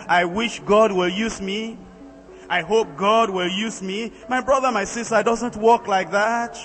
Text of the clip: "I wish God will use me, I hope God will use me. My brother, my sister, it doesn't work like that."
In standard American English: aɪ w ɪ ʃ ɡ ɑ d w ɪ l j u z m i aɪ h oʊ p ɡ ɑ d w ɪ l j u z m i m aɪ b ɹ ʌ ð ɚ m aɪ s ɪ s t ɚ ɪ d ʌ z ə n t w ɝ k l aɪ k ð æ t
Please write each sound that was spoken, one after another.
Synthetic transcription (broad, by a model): aɪ w ɪ ʃ ɡ ɑ d w ɪ l j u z m i aɪ h oʊ p ɡ ɑ d w ɪ l j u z m i m aɪ b ɹ ʌ ð ɚ m aɪ s ɪ s t ɚ d ʌ z ə n t w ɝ k l aɪ k ð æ t